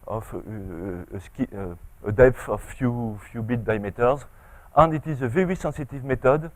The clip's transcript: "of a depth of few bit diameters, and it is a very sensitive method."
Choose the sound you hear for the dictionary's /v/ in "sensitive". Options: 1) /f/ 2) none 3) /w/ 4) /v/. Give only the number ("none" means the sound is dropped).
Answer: 4